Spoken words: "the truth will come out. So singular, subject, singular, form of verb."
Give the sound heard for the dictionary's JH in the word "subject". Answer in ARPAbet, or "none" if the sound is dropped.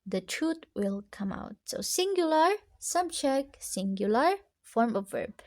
CH